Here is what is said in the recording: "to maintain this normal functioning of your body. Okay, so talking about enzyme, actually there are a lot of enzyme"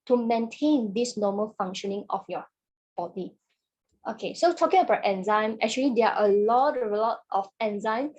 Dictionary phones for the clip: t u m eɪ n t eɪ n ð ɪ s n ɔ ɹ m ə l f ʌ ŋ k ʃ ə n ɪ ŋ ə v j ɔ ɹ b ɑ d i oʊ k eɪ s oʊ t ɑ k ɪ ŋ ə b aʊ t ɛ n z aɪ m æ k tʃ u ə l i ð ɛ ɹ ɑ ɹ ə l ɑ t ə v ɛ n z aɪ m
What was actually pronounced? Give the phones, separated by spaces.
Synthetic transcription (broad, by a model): t u m eɪ n t eɪ n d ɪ s n ɔ m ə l f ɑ ŋ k ʃ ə n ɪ ŋ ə f j ɔ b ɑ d i oʊ k eɪ s oʊ t ɑ k ɪ ŋ ə b aʊ t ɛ n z aɪ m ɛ k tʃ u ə l i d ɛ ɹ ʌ l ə l ɑ t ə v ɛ n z aɪ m